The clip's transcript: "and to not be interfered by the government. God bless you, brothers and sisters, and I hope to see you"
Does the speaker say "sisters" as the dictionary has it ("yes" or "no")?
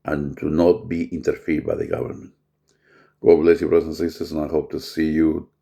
no